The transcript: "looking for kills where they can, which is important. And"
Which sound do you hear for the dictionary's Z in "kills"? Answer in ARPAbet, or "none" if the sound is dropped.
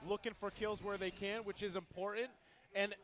Z